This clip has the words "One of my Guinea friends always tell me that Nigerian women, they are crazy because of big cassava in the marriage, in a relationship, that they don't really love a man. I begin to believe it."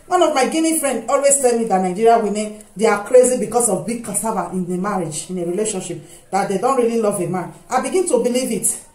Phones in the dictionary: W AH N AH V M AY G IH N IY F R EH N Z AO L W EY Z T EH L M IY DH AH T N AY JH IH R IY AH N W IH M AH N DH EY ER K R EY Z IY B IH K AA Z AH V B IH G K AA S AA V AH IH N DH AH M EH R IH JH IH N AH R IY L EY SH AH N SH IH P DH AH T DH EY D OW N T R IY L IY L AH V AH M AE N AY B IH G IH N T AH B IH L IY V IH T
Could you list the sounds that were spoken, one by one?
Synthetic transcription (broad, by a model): W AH N AH V M AY G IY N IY F R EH N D AO L W EY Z T EH L M IY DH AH T N AY JH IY R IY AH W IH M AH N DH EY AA K R EY Z IY B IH K AA S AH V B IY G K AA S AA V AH IH N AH M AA R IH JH IH N AH R IY L EY SH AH N SH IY P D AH T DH EY D OW N T R IY L IY L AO V AH M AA N AY B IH G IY N T AH B IH L IY V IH T